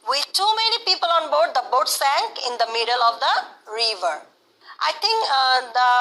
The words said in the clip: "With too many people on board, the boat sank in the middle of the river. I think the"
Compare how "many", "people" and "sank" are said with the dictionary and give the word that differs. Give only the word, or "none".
none